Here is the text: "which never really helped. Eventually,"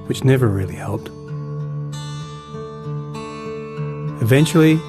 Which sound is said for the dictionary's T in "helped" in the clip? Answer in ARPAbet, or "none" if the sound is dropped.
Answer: T